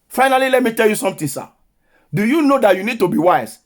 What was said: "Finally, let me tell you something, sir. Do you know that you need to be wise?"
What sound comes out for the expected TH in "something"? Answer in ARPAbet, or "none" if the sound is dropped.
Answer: T